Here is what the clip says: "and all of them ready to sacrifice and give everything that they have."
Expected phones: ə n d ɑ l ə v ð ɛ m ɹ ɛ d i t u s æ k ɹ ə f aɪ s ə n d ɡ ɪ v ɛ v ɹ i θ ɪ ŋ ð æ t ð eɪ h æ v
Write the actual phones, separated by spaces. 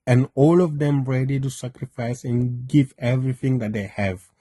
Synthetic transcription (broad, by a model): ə n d ɑ l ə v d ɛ m ɹ ɛ d i t u s æ k ɹ ə f aɪ s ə n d ɡ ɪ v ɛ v ɹ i t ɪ ŋ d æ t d eɪ h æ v